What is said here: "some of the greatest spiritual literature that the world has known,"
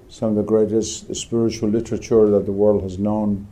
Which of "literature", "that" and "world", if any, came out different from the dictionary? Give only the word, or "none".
none